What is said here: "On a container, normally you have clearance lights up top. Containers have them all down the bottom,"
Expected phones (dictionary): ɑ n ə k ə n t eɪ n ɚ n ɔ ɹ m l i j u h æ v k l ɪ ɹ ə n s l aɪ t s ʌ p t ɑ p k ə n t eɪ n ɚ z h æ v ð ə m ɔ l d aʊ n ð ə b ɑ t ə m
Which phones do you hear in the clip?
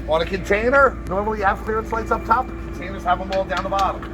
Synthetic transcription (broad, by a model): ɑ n ə k ə n t eɪ n ɚ n ɔ ɹ m l i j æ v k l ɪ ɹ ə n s l aɪ t s ʌ p t ɑ p k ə n t eɪ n ɚ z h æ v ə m ɔ l d aʊ n ð ə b ɑ t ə m